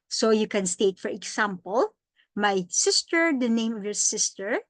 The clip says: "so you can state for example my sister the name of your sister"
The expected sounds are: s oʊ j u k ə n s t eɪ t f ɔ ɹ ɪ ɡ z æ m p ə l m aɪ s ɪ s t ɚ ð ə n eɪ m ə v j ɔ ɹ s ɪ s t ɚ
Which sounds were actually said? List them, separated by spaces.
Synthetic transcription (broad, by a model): s oʊ j u k ə n s t eɪ t f ɔ ɹ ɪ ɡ s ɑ m p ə l m aɪ s ɪ s t ɚ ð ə n eɪ m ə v j ɔ ɹ s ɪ s t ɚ